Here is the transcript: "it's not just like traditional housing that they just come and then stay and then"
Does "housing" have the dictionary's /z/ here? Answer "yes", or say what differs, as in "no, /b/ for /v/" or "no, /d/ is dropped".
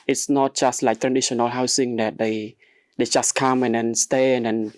no, /s/ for /z/